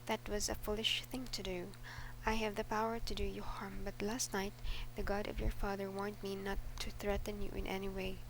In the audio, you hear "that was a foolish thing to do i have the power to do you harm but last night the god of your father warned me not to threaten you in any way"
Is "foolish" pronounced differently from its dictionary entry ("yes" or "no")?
no